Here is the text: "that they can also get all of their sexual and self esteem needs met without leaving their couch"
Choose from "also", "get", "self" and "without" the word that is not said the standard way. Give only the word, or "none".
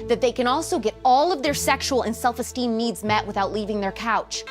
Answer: none